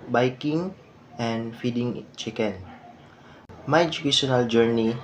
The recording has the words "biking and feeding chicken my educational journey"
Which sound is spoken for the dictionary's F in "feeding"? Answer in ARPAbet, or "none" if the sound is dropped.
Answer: F